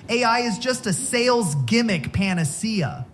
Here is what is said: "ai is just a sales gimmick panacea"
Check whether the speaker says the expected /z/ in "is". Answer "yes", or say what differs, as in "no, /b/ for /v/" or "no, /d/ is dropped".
yes